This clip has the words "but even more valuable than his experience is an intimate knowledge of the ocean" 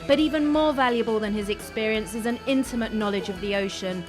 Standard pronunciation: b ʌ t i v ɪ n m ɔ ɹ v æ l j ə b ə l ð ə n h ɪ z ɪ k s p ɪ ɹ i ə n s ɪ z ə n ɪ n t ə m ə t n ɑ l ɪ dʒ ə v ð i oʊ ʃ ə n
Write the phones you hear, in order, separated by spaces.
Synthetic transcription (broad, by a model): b ʌ t i v ɪ n m ɔ v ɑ l j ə b ə l ð ə n ɪ z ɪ k s p ɪ ɹ i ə n s ɪ z ə n ɪ n t ə m ə t n ɑ l ɪ dʒ ə v ð i oʊ ʃ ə n